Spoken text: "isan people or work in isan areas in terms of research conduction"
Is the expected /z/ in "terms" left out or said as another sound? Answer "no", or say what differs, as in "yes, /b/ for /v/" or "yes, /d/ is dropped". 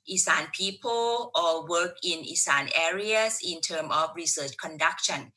yes, /z/ is dropped